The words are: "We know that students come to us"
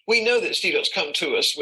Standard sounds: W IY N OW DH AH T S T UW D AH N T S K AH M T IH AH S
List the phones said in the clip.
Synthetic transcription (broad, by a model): W IY N OW DH AH T S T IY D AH T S K AH M T IH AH S